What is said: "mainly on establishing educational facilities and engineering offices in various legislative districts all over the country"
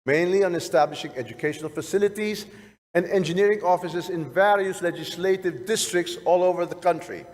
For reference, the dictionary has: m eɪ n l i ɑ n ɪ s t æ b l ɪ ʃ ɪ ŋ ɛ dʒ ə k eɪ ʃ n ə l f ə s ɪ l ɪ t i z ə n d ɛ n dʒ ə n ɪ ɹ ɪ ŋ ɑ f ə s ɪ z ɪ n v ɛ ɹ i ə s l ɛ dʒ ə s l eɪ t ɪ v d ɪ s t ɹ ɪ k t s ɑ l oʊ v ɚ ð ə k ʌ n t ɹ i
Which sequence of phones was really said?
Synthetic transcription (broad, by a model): m eɪ n l i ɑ n ɪ s t æ b l ɪ ʃ ɪ ŋ ɛ dʒ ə k eɪ ʃ n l f ə s ɪ l ɪ t i z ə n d ɛ n dʒ ə n ɪ ɹ ɪ ŋ ɑ f ə s ɪ z ɪ n v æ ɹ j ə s l ɛ dʒ ə s l eɪ t ɪ v d ɪ s t ɹ ɪ k t s ɑ l oʊ v ɚ ð ə k ʌ n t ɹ i